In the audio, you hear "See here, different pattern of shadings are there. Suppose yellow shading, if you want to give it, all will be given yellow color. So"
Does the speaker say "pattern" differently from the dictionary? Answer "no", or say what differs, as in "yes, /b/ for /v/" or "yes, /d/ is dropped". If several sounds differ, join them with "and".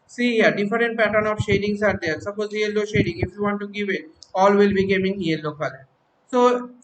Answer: no